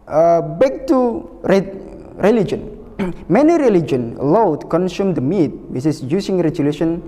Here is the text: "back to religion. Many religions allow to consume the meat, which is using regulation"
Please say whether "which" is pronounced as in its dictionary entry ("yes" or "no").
no